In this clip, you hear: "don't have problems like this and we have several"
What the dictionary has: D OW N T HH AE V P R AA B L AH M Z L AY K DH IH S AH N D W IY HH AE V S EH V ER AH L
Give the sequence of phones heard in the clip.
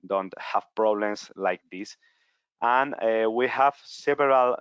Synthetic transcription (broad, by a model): D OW N T HH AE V P R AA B L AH M S L AY K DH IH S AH N W IY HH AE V S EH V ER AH L